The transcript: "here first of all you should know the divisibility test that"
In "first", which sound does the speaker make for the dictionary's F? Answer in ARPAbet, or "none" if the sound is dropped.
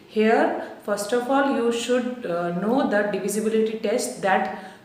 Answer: F